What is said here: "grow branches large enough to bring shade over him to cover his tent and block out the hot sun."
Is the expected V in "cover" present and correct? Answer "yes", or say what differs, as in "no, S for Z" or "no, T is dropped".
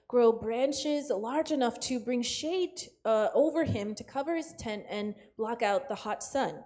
yes